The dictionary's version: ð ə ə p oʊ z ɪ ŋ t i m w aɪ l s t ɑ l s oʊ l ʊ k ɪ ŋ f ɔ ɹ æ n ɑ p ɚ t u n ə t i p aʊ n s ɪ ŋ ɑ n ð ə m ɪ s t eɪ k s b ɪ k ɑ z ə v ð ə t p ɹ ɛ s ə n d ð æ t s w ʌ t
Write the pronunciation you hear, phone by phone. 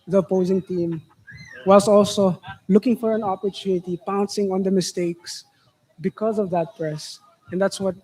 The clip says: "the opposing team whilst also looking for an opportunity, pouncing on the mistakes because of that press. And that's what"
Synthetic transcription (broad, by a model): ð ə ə p oʊ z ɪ ŋ t i m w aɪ l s ɑ l s oʊ l ʊ k ɪ ŋ f ɔ ɹ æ n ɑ p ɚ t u n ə t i p aʊ n s ɪ ŋ ɑ n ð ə m ɪ s t eɪ k s b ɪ k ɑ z ə v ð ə t p ɹ ɛ s ə n d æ t s w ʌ t